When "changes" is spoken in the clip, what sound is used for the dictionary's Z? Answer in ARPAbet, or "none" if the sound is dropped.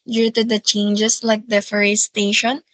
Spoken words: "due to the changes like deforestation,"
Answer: S